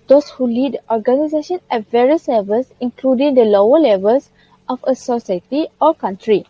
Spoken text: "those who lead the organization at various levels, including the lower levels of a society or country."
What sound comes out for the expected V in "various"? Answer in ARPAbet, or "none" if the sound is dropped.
V